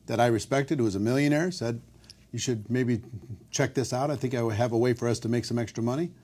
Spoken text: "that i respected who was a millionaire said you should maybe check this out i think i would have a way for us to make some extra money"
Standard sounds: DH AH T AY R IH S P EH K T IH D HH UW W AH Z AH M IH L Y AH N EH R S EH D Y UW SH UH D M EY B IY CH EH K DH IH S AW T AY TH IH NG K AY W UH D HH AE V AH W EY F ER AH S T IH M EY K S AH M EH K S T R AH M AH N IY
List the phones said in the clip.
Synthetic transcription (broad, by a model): DH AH T AY R IH S P EH K T IH D HH UW W AH Z AH M IH L Y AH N EH R S EH D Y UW SH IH D M EY B IY CH EH K DH IH S AW T AY TH IH NG K AY W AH D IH V AH W EY F ER AH S T IH M EY K S AH M EH K S T R AH M AH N IY